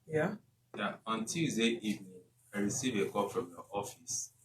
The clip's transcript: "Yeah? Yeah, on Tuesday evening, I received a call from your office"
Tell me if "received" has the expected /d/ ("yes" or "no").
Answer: no